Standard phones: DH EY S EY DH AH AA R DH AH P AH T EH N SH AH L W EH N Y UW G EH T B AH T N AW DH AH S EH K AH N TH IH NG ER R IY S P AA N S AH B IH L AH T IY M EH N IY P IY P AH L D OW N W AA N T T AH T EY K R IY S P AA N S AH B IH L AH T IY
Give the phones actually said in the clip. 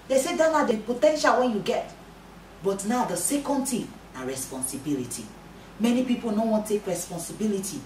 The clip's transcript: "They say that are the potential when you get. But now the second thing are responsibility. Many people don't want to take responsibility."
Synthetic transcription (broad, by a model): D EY S EY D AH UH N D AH P AH T EH N SH AH L W EH N Y UW G EH T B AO T N AW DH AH S EH K AH N T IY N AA R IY S P AA N S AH B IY L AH T IY M EH N IY P IY P AH L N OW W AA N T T T EY K R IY S P AA N S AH B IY L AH T IY